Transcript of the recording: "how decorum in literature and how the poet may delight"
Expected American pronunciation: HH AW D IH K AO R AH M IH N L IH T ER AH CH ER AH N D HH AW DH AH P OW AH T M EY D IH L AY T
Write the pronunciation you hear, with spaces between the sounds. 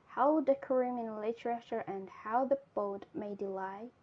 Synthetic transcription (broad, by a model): HH AW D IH K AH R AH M IH N L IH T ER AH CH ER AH N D HH AW DH AH B OW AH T M EY D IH L AY